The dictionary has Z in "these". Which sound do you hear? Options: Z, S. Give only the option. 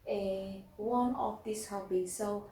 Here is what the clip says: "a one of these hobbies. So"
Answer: S